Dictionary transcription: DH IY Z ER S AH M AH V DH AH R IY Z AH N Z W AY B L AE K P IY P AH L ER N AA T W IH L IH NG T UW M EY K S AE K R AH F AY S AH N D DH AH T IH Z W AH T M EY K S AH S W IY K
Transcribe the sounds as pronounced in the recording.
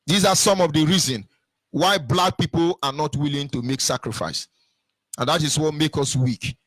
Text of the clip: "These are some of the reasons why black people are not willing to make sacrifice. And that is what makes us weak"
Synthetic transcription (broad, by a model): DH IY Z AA S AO M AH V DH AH R IY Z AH N W AY B L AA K P IY P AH L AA N AA T W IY L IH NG T UW M EY K S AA K R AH F AY S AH N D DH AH T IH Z W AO T M EY K AH S W IY K